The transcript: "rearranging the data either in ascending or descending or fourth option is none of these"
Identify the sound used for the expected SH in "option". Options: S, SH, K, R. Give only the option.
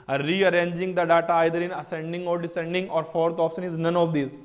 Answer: S